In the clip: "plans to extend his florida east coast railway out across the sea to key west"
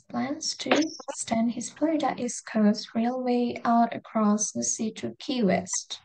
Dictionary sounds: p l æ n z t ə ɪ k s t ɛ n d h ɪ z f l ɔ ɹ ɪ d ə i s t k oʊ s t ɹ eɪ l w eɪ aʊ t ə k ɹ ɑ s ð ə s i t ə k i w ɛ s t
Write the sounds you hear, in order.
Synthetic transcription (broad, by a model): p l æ n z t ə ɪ s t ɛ n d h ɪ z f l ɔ ɪ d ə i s k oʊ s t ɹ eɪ l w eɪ aʊ t ə k ɹ ɑ s ð ə s i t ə k i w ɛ s t